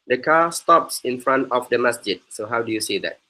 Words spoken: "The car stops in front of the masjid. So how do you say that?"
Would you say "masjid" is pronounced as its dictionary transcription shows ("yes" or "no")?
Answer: yes